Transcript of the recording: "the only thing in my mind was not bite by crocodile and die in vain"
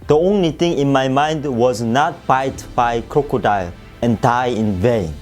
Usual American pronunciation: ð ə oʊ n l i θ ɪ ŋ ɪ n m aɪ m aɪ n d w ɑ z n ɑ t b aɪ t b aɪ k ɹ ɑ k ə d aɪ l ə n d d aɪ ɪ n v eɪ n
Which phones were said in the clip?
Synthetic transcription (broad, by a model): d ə oʊ n l i t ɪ ŋ ɪ n m aɪ m aɪ n d w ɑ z n ɑ t b aɪ t b aɪ k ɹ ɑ k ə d aɪ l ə n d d aɪ ɪ n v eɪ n